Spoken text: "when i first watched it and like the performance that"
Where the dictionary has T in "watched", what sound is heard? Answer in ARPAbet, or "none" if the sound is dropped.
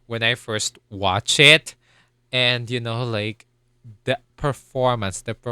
none